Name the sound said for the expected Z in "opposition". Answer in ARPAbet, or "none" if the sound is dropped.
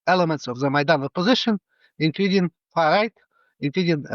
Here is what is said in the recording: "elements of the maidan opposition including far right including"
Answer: Z